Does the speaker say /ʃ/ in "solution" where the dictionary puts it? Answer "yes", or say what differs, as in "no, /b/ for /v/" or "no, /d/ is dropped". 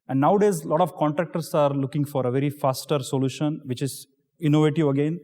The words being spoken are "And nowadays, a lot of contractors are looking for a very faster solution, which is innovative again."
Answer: yes